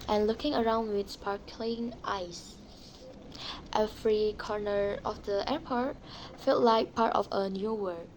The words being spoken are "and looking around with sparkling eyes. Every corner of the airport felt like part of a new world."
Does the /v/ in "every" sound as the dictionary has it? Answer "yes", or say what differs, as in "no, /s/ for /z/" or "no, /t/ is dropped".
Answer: no, /f/ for /v/